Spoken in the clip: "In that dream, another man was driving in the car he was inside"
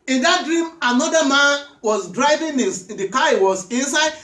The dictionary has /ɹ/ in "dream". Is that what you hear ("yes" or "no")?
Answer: yes